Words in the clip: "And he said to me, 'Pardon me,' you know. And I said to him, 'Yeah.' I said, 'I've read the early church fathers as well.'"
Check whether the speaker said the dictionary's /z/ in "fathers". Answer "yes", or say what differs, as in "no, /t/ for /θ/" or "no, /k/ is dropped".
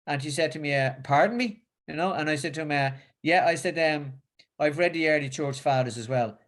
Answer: yes